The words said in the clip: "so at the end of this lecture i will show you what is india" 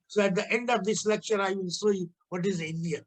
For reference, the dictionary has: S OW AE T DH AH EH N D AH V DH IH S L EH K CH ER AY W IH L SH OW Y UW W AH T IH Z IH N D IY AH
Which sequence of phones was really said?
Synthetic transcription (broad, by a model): S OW AE T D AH EH N D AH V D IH S L EH K CH ER AY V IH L S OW Y UW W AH T IH Z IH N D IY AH